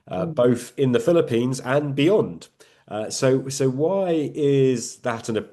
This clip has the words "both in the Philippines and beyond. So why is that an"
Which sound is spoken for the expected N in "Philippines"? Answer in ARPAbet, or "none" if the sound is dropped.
N